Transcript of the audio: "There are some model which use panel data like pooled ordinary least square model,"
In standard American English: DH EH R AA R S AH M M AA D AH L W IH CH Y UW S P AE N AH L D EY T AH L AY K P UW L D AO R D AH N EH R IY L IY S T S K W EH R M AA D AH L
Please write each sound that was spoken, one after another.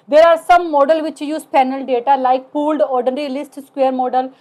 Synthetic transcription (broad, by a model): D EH R AA R S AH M M AA D AH L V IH CH Y UW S P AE N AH L D EY T AH L AY K P UW L D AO R D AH N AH R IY L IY S T S K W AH R M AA D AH L